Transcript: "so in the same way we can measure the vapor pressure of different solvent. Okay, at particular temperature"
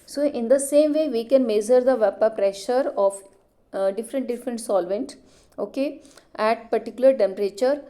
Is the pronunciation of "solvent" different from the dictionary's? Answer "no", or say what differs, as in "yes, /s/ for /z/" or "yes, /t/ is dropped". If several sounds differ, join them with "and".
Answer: no